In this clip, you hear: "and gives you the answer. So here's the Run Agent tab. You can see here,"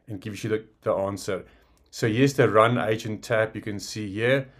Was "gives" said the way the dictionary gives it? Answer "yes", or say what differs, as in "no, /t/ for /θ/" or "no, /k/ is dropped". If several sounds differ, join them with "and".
no, /z/ is dropped